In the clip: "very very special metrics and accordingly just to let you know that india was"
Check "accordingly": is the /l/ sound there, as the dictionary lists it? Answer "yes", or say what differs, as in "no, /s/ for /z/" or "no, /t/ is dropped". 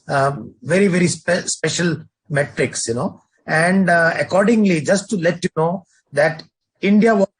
yes